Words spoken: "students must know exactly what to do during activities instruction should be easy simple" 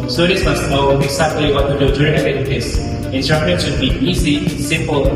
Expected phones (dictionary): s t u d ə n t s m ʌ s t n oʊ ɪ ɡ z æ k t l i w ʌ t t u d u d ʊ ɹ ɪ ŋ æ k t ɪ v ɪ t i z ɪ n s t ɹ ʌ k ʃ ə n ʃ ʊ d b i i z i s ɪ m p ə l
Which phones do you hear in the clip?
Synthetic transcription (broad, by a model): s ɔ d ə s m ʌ s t n oʊ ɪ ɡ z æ k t l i w ʌ t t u d u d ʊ ɹ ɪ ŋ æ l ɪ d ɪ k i s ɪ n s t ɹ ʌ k ə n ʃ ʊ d b i i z i s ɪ m p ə l